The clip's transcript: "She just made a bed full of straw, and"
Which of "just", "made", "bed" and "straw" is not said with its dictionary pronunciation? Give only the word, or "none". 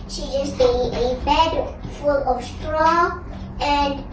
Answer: made